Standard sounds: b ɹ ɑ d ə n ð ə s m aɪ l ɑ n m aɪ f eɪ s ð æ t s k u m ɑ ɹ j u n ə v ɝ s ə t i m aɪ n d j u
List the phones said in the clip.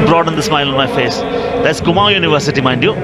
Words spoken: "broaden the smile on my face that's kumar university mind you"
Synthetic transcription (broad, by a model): b ɹ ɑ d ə n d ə s m aɪ l ɑ n m aɪ f eɪ s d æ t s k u m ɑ j u n ə v ɝ s ə t i m aɪ n d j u